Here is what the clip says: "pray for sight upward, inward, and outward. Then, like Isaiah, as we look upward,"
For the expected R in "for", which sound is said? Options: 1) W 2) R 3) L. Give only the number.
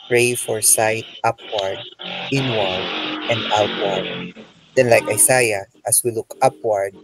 2